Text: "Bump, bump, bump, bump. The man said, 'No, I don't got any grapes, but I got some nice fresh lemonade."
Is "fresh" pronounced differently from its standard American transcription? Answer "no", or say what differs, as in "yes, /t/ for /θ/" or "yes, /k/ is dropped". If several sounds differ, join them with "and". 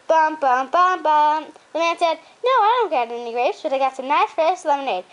yes, /s/ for /ʃ/